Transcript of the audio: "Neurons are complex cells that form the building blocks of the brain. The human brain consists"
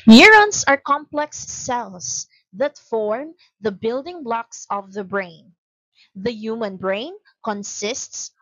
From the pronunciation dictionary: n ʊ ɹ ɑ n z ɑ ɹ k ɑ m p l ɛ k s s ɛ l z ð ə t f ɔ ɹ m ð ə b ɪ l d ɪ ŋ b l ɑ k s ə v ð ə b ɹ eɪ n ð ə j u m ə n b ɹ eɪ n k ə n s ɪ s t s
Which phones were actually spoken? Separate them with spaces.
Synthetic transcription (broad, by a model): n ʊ ɹ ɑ n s ɑ ɹ k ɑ m p l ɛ k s s ɛ l s ð ə t f ɔ ɹ m ð ə b ɪ l d ɪ ŋ b l ɑ k s ə v ð ə b ɹ eɪ n ð ə j u m ə n b ɹ eɪ n k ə n s ɪ s t s